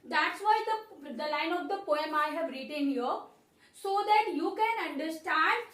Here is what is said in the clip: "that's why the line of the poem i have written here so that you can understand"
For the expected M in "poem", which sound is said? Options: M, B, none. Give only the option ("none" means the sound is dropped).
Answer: M